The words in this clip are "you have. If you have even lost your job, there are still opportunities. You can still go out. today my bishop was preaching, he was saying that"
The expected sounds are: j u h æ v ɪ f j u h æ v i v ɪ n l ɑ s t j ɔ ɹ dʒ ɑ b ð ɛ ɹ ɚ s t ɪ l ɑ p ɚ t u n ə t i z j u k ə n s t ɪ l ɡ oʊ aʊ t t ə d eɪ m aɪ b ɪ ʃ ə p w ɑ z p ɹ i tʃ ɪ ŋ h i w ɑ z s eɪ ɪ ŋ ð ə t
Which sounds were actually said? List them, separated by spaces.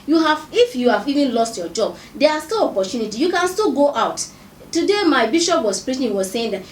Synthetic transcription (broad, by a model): j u h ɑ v ɪ f j u h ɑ v i v ɪ n l ɑ s t j ɔ dʒ ɑ b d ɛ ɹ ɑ s t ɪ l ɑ p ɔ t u n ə t i j u k ə n s t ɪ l ɡ oʊ aʊ t t ə d eɪ m aɪ b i ʃ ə p w ɑ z p ɹ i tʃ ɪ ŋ w ɑ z s eɪ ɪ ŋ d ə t